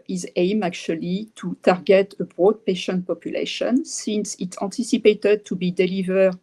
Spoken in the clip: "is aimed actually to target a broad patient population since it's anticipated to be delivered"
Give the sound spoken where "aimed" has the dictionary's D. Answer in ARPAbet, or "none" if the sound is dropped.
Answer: none